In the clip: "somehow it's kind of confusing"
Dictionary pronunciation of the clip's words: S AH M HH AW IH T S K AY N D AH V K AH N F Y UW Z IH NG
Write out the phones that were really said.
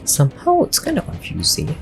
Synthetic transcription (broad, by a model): S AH M HH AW IH T S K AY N AH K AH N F Y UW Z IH